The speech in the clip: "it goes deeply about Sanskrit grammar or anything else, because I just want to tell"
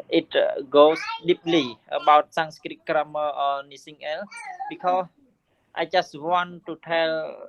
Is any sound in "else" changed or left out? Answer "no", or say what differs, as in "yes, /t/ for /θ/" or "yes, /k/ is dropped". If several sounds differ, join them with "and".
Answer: yes, /s/ is dropped